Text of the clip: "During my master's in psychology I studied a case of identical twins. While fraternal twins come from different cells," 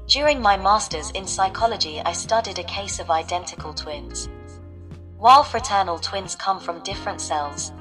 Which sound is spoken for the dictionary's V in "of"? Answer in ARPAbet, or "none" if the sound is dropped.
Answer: V